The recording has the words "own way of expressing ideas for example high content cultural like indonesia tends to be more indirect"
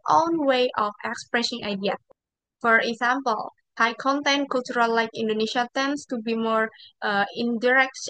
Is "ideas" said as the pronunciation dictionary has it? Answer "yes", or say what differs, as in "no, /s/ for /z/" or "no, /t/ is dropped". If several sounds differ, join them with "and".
no, /z/ is dropped